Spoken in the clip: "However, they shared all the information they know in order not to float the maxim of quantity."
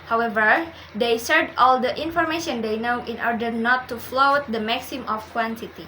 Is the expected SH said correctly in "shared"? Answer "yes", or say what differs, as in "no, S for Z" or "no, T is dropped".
no, S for SH